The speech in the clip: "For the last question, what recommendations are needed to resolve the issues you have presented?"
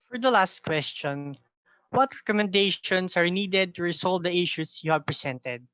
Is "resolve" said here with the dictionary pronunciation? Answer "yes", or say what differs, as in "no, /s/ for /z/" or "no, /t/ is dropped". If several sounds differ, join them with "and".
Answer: no, /s/ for /z/